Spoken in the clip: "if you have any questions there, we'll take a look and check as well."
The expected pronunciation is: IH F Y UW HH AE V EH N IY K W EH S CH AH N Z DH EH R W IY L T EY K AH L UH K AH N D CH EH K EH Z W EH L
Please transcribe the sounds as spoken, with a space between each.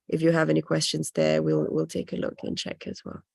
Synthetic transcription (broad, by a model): IH F Y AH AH V EH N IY K W EH S CH AH N Z DH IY L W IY L T EY K AH L UH K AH N CH EH K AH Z W EH L